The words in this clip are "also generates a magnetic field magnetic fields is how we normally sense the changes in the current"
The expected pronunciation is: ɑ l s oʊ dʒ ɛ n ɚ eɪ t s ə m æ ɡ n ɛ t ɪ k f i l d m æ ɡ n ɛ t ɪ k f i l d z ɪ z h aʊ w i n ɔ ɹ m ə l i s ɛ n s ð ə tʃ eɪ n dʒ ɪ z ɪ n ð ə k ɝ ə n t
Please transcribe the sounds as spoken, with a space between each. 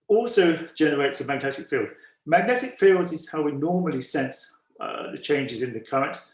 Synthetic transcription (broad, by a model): ɑ l s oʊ dʒ ɛ n ɚ eɪ t s ə m æ ɡ n ɛ t ɪ k f i l d m æ ɡ n ɛ t ɪ k f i l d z ɪ z h aʊ w i n ɔ m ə l i s ɛ n s ð ə tʃ eɪ n dʒ ɪ z ɪ n ð ə k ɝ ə n t